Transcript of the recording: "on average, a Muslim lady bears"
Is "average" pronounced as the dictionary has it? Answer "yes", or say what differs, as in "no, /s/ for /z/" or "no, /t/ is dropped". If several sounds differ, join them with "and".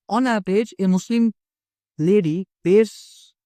no, /b/ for /v/